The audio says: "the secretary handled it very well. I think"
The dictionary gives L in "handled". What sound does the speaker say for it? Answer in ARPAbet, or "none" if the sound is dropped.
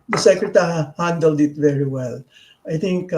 L